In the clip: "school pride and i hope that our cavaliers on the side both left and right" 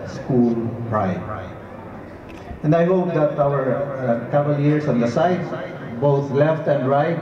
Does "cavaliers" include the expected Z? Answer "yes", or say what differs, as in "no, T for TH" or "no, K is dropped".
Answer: no, S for Z